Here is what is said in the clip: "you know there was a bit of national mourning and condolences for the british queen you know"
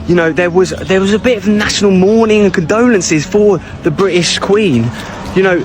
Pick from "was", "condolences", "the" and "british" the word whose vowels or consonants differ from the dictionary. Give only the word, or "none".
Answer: none